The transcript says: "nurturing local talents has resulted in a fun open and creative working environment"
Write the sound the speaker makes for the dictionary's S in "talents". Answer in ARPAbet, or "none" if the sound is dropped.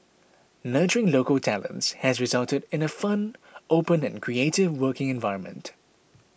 S